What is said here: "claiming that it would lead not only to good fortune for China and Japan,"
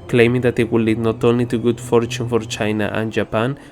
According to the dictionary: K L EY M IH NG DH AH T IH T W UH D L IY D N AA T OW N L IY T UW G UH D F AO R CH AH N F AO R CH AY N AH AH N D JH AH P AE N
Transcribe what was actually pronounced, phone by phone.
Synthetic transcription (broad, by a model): K L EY M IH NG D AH T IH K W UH L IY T N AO T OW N IY T UW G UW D F AO R CH AH N F AO R CH AY N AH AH N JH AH P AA N